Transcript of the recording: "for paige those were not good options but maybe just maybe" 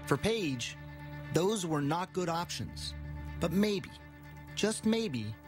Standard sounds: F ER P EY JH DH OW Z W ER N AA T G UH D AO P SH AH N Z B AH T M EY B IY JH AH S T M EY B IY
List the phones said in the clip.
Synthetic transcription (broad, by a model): F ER P EY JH DH OW Z W ER N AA T G UH D AO P SH AH N Z B AH T M EY B IY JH AH S T M EY B IY